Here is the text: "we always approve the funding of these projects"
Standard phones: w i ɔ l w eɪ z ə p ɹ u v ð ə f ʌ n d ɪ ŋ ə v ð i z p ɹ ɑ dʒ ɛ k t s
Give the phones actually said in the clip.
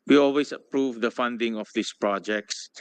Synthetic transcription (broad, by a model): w i ɔ l w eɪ s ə p ɹ u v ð ə f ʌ n d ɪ ŋ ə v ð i s p ɹ ɑ dʒ ɛ k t s